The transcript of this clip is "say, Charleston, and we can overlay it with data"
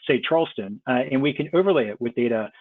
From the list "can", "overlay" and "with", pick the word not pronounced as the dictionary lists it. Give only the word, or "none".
none